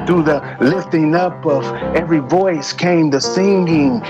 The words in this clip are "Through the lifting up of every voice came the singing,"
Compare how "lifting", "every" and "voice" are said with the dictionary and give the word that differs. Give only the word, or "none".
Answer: none